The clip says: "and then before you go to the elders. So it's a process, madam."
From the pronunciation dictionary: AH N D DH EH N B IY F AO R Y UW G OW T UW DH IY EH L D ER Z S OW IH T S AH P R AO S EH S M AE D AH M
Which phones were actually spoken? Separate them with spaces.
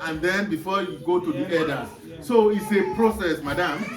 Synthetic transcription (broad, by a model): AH N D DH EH N B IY F AO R Y UW G OW T UW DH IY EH D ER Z S OW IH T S AH P R AO S EH S M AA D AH M